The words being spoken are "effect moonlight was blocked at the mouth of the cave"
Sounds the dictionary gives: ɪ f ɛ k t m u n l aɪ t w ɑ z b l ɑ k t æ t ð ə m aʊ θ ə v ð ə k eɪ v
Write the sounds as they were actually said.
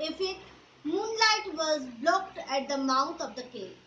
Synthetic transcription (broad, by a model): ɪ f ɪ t m u n l aɪ t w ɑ z b l ɑ k t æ t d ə m aʊ t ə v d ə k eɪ